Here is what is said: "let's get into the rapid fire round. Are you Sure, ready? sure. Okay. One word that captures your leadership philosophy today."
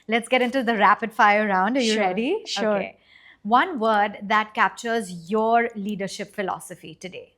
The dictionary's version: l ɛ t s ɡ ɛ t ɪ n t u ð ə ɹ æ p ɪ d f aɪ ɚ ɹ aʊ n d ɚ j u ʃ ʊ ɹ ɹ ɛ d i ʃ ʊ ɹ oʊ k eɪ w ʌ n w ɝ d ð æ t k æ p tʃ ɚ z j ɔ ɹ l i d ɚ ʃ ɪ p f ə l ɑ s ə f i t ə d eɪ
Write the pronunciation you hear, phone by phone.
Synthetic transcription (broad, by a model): l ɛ t s ɡ ɛ t ɪ n t u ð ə ɹ æ p ɪ d f aɪ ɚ ɹ aʊ n d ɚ j u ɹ ɹ ɛ d i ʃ oʊ k eɪ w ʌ n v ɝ d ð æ t k æ p tʃ ɚ z j ɔ ɹ l i d ɚ ʃ ɪ p f ə l ɑ s ə f i t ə d eɪ